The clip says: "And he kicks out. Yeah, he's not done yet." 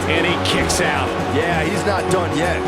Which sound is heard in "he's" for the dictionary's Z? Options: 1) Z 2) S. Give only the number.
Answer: 1